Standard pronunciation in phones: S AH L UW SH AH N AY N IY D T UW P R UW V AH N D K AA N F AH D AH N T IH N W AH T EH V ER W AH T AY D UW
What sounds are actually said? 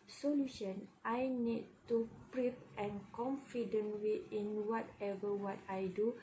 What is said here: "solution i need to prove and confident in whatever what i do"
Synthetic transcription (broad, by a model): S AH L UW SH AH N AY N IY D T UW P R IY P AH N K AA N F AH D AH N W IH N W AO T EH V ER W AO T AY D UW